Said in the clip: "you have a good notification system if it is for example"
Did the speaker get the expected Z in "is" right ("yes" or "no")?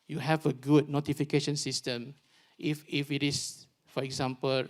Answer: no